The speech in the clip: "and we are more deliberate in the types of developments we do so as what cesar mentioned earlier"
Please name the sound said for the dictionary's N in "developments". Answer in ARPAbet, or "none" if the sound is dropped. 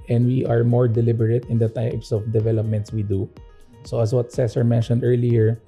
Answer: N